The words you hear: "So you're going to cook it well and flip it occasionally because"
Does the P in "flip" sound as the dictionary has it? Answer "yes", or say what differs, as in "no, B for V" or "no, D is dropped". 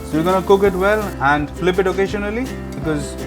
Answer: yes